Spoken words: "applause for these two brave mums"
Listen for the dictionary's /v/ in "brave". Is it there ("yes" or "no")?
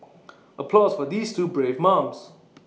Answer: yes